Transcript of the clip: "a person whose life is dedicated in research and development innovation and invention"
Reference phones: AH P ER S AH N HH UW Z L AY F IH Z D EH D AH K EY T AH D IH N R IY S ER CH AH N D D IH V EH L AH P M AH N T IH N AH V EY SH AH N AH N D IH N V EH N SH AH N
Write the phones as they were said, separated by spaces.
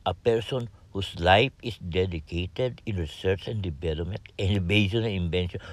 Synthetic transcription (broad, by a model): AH P ER S AH N HH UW S L AY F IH S D EH D AH K EY T AH D IH N R IY S ER CH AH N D D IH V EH L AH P M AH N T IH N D B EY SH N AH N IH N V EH N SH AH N